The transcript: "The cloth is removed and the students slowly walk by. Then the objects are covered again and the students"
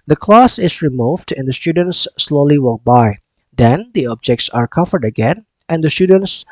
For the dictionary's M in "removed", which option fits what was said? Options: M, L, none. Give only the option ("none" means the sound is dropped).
M